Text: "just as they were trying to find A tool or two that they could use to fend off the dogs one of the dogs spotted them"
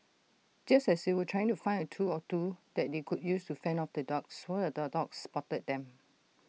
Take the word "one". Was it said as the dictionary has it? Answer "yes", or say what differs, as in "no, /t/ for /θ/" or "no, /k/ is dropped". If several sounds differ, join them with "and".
no, /n/ is dropped